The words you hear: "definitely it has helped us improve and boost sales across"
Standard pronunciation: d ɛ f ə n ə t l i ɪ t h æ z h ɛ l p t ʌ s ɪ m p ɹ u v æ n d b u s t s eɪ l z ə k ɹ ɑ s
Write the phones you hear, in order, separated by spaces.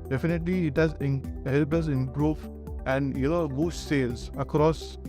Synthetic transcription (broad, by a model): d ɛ f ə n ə t l i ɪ t h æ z h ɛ l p ʌ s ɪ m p ɹ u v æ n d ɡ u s s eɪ l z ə k ɹ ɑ s